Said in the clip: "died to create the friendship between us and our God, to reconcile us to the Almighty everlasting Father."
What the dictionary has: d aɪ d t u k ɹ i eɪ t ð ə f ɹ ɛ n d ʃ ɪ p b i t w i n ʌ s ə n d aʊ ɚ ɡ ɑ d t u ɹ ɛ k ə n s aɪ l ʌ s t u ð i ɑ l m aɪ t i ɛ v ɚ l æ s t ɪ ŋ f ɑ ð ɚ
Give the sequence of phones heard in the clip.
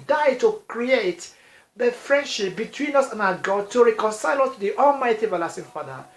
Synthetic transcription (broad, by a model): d aɪ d t u k ɹ i eɪ t ð ə f ɹ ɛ n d ʃ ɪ p b i t w i n ʌ s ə n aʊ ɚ ɡ ɑ d t u ɹ ɛ k ə n s aɪ l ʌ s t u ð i ɑ l m aɪ t i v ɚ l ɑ s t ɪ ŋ f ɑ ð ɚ